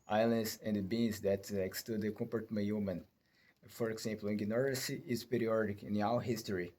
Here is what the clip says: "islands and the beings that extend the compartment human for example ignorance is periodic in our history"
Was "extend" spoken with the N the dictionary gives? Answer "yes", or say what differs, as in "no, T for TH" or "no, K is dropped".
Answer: no, N is dropped